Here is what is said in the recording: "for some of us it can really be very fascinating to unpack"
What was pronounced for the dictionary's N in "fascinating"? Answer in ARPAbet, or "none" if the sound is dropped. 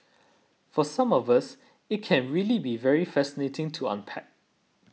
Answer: N